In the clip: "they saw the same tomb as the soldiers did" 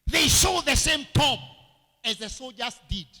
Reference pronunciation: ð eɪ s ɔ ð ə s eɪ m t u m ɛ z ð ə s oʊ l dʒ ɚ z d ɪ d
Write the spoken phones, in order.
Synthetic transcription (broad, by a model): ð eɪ ʃ ɔ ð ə s eɪ m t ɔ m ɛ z ð ə s oʊ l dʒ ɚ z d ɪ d